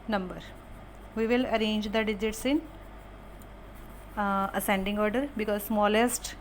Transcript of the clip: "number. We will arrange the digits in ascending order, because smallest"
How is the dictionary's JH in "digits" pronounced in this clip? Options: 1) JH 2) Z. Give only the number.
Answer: 1